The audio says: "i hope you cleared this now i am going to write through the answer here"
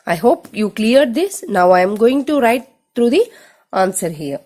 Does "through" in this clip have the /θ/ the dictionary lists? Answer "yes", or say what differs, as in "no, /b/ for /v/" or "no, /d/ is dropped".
no, /t/ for /θ/